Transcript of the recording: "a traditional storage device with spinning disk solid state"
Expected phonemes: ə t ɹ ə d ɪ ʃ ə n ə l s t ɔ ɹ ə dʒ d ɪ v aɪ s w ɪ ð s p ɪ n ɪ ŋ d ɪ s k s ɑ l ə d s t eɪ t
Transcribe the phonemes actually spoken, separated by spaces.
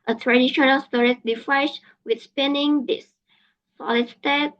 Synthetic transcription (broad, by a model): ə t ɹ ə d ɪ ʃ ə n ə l s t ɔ ɹ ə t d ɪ f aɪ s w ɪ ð s p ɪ n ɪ ŋ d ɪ s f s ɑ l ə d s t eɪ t